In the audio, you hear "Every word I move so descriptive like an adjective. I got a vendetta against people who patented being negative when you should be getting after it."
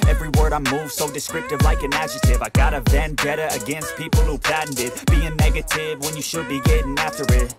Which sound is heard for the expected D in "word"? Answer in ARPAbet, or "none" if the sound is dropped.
D